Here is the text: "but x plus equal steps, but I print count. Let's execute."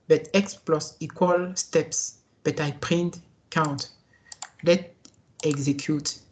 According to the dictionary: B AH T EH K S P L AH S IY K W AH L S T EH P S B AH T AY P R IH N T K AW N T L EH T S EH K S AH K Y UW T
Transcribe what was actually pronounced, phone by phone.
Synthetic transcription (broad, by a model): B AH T EH K S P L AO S IY K W AH L S T EH P S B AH T AY P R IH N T K AW N T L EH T EH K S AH K Y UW T